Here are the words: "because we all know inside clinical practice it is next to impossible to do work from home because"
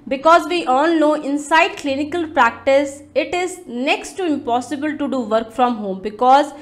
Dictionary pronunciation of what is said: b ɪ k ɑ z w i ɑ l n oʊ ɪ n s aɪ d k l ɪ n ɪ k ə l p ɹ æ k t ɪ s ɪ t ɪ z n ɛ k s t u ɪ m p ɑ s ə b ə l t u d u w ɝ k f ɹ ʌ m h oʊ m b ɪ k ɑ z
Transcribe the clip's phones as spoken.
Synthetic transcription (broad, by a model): b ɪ k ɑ z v i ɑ n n oʊ ɪ n s aɪ d k l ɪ n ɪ k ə l p ɹ æ k t ɪ s ɪ t ɪ z n ɛ k s t u ɪ m p ɑ s ə b ə l t u d u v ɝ k f ɹ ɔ m h oʊ m b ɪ k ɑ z